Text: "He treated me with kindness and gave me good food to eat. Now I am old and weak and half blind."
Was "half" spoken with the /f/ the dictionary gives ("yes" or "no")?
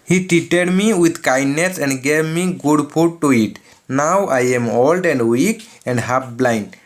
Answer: no